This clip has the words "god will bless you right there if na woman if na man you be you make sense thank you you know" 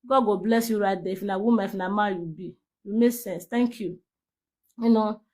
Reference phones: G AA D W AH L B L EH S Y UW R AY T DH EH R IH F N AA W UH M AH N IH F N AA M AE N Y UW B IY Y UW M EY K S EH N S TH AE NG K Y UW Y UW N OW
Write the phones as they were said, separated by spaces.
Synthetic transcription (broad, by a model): G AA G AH B L EH S Y UW R AY T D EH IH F N AA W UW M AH IH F N AA M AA Y UW B IY Y UW M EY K S EH N S T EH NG K Y UW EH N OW